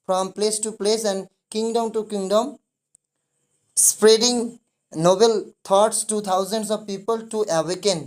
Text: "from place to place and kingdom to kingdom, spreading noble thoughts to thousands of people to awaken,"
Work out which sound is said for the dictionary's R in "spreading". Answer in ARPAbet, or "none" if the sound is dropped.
R